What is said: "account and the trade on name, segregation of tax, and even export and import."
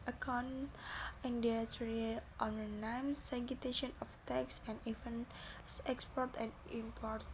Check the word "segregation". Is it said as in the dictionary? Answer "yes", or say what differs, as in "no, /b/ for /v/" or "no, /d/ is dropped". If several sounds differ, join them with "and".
no, /ɹ/ is dropped